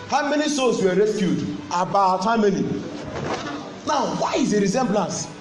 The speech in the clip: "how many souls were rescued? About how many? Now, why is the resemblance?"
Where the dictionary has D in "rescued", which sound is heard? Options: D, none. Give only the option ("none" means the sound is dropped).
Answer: D